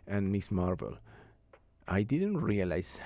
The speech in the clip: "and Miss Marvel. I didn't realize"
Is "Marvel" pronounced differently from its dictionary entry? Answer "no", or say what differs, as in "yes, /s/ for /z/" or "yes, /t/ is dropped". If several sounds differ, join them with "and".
no